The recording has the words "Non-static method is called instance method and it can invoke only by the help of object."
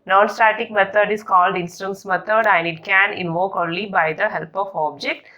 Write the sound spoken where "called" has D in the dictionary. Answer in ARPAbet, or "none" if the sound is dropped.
D